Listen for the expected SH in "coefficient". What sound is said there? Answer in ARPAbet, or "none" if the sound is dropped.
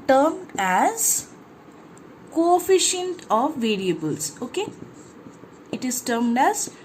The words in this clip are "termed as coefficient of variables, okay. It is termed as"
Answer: SH